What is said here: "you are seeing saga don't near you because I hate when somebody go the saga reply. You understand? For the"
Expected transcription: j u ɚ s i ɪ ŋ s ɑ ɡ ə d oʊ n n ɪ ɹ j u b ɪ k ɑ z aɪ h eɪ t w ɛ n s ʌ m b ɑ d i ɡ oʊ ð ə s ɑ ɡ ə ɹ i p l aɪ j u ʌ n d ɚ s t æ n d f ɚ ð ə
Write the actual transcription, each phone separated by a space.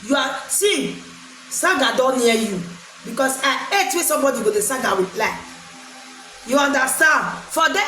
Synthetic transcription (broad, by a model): j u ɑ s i s ɑ ɡ ə d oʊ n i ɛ j u b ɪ k ɑ s aɪ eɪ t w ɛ s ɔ m b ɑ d i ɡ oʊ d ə s ɑ ɡ ə w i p l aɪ j u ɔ n d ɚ s t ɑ n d f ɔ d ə